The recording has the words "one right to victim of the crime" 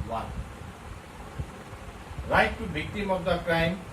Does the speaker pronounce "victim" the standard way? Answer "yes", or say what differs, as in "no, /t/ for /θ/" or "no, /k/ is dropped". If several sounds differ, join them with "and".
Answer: no, /b/ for /v/